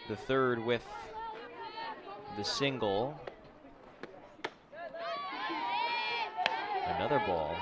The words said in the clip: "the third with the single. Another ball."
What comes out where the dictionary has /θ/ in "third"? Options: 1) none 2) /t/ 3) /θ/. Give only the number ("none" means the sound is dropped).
3